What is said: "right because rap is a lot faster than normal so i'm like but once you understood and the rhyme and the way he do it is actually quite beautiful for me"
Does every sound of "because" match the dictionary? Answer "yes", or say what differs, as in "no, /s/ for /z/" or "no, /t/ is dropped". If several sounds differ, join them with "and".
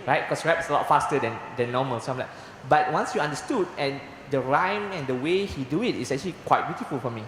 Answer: no, /s/ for /z/